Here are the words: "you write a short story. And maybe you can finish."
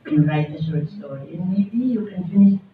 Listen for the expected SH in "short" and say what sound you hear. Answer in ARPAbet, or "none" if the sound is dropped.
S